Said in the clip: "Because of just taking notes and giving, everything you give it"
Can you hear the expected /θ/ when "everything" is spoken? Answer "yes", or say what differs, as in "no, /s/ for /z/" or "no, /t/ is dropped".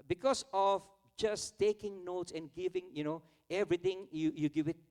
no, /t/ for /θ/